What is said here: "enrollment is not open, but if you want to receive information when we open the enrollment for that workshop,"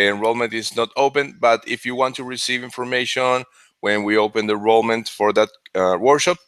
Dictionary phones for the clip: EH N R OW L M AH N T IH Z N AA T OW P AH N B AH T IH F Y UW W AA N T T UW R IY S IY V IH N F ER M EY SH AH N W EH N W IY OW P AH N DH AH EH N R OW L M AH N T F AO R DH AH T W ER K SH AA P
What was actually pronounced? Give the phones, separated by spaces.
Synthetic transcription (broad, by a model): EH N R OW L M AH N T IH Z N AA T OW P AH N B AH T IH F Y UW W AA N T T UW R IY S IY V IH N F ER M EY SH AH N W EH N W IY OW P AH N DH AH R OW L M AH N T F AO R DH AH T W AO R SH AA P